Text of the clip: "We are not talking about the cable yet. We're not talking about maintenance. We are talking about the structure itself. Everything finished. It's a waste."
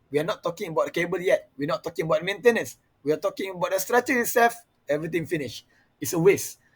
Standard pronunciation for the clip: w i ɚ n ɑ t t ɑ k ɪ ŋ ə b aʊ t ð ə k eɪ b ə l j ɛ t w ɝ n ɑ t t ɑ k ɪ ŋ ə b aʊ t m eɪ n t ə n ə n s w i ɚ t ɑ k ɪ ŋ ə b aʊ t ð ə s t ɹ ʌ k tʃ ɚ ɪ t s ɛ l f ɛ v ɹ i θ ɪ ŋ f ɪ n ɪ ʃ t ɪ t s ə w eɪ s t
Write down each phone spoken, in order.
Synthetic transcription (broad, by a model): w i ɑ n ɑ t t ɑ k ɪ ŋ ə b aʊ t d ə k eɪ b ə l j ɛ t w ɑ n ɑ t t ɑ k ɪ ŋ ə b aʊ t m eɪ n t ə n ə n s w i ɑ t ɑ k ɪ ŋ ə b aʊ t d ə s t ɹ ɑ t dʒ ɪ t s ɛ l f ɛ v ɹ i t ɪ ŋ f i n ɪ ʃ ɪ t s ə w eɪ s